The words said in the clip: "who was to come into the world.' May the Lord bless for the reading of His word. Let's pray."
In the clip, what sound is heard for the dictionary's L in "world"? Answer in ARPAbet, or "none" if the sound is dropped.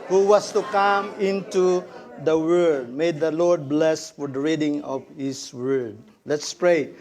none